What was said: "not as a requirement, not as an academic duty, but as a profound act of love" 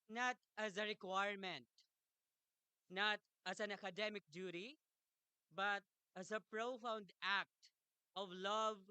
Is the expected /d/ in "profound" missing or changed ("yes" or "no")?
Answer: no